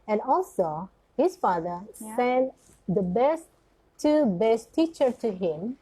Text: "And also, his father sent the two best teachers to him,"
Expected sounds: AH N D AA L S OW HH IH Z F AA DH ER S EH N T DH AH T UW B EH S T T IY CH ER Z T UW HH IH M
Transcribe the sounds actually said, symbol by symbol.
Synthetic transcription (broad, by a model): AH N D AA L S OW HH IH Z F AA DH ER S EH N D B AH T UW B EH S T T IY CH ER T UW HH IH M